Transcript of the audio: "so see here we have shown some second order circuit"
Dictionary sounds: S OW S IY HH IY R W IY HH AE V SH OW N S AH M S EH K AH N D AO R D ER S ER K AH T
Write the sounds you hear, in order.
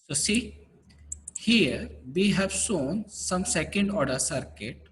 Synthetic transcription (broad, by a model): S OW S IY HH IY R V IY HH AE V S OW N S AH M S EH K AH N D AO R D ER S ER K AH T